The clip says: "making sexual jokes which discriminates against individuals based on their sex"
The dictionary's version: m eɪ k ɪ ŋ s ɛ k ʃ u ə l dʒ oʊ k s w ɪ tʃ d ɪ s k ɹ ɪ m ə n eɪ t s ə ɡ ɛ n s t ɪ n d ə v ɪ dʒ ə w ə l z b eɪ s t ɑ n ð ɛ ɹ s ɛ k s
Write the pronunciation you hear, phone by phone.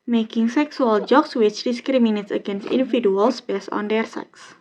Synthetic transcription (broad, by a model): m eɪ k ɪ ŋ s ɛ k s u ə l dʒ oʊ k s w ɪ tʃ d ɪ s k ɹ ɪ m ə n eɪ t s ə ɡ ɛ n s t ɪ n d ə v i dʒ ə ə l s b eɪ s ɑ n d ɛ ɹ s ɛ k s